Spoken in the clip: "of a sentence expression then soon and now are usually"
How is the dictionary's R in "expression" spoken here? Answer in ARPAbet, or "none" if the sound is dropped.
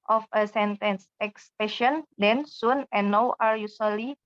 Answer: none